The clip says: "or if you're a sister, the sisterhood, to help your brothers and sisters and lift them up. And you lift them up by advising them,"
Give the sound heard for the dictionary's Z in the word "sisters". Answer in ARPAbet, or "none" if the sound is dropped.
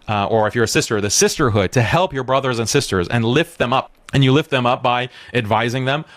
Z